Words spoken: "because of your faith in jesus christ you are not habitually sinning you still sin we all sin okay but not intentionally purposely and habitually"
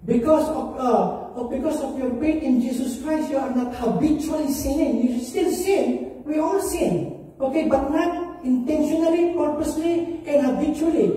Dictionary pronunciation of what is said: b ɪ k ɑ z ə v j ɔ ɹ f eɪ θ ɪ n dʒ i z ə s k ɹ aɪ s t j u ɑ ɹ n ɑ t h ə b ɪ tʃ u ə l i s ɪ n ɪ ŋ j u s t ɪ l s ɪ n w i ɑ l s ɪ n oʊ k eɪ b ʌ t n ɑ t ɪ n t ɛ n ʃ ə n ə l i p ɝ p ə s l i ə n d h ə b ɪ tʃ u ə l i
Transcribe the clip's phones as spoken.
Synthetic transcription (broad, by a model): b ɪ k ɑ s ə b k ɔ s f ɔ t ɪ n dʒ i s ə s k ɹ aɪ s t j u ɑ ɹ n ɑ t h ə b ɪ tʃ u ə l i s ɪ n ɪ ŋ j u s t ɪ l s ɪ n w i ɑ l s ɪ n oʊ k eɪ b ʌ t n ɑ t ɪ n t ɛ n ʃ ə n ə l i p ɝ p ə s l i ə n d h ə b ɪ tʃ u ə l i